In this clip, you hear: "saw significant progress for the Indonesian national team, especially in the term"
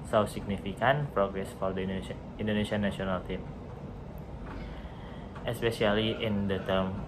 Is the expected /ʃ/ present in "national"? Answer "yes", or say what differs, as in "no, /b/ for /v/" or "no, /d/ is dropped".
no, /ʃ/ is dropped